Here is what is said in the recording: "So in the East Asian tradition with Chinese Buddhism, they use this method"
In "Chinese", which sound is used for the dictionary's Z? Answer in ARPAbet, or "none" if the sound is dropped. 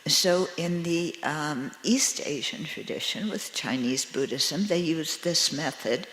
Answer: Z